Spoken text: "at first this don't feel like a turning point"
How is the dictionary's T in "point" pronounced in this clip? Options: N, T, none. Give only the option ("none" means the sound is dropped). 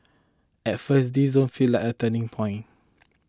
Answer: none